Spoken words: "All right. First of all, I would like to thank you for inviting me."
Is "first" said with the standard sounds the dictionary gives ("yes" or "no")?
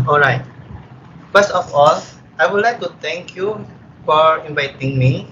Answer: no